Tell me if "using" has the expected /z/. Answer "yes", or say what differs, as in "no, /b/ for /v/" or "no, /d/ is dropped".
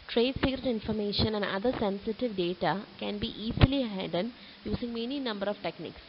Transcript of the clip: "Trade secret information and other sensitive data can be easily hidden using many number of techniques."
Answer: no, /s/ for /z/